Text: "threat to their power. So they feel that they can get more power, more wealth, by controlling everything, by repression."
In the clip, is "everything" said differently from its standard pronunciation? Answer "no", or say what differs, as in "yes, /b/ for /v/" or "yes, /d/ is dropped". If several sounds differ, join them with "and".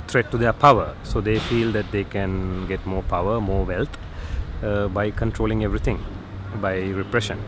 yes, /t/ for /θ/